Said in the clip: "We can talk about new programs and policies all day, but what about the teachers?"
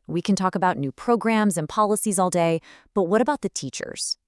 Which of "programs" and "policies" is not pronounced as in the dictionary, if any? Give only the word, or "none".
none